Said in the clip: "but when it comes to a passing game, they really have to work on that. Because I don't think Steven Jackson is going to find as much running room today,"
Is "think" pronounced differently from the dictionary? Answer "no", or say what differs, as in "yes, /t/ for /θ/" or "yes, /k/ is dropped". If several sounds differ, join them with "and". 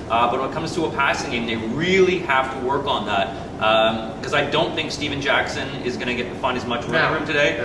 no